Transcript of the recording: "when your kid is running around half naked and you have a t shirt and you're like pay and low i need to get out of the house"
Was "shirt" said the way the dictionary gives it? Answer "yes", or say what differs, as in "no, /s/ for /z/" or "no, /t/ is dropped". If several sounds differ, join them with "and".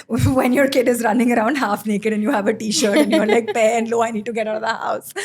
yes